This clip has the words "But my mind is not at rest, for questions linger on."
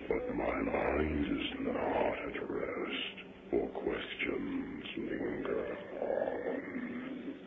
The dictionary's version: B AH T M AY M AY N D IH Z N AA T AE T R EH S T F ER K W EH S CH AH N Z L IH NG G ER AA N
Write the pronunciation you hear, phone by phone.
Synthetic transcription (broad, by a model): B AH T M AY M AY N D IH Z N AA T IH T R EH S T F ER K W EH S CH AH N Z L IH NG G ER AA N